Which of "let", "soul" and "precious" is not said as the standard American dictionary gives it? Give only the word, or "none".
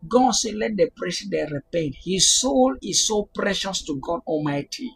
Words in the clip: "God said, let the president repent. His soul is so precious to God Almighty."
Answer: none